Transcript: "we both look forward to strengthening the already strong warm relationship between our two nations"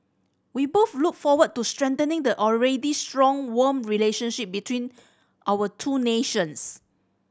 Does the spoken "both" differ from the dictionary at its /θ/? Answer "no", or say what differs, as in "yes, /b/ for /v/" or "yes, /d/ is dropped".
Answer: yes, /f/ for /θ/